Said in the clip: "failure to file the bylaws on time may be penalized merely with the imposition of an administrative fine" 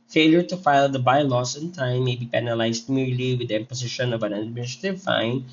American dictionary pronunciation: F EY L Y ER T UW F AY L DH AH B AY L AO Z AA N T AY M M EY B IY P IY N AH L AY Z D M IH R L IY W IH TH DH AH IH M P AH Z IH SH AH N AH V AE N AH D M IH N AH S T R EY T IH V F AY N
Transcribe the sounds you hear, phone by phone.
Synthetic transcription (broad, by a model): F EY L Y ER T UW F AY L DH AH B AY L AO S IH N T AY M M EY B IY P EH N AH L AY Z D M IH R L IY W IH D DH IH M P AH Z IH SH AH N AH V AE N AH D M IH N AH S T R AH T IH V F AY N